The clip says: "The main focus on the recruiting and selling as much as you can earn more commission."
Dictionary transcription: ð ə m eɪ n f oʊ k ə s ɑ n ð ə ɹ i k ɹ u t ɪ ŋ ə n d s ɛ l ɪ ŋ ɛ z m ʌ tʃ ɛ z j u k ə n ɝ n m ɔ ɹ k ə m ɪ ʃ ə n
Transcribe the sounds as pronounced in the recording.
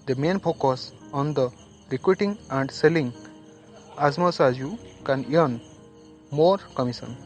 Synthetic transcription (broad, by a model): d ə m eɪ n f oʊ k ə s ɑ n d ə ɹ i k ɹ u t ɪ ŋ ə n d s ɛ l ɪ ŋ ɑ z m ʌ s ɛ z j u k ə n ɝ n m ɔ ɹ k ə m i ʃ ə n